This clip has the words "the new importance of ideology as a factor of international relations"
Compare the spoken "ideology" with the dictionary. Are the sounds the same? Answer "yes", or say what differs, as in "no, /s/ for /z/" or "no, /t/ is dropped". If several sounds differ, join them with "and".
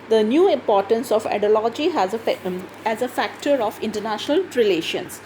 no, /z/ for /dʒ/